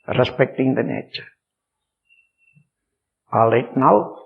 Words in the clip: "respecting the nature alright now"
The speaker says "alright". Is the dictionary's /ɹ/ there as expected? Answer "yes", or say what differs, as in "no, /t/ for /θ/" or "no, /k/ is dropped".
no, /ɹ/ is dropped